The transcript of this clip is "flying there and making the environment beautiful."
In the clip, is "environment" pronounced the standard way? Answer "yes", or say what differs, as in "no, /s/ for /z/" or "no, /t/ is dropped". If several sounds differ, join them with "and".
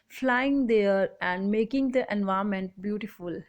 no, /ɹ/ is dropped and /n/ is dropped